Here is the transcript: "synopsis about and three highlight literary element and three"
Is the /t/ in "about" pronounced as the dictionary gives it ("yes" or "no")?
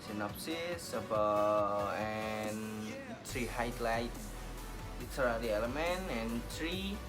no